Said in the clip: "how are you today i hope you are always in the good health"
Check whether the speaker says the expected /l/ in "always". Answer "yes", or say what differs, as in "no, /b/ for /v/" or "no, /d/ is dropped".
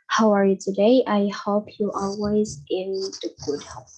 yes